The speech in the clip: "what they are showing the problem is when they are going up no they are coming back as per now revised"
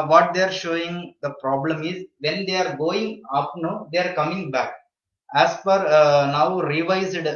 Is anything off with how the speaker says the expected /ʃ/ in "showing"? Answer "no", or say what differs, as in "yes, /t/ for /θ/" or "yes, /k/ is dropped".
no